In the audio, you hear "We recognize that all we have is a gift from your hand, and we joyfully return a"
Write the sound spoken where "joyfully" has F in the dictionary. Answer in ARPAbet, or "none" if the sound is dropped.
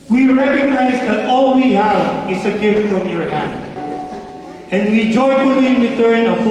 none